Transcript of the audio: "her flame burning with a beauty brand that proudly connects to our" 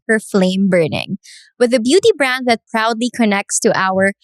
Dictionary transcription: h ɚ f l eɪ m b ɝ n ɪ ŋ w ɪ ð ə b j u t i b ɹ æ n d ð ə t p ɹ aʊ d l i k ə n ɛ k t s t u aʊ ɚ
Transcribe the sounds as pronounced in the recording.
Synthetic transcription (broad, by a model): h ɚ f l eɪ m b ɝ n ɪ ŋ w ɪ ð ə b j u t i b ɹ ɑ n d ð ə t p ɹ aʊ d l i k ə n ɛ k t s t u aʊ ɚ